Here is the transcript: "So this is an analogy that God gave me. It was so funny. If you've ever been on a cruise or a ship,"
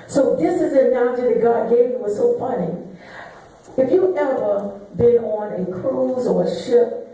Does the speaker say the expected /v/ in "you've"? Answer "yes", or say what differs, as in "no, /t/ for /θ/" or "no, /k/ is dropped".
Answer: no, /v/ is dropped